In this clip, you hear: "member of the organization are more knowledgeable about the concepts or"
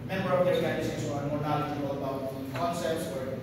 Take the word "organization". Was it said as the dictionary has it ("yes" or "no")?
no